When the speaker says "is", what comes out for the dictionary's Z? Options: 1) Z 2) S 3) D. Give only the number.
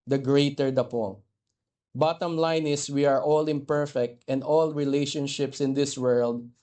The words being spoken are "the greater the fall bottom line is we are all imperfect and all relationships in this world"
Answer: 2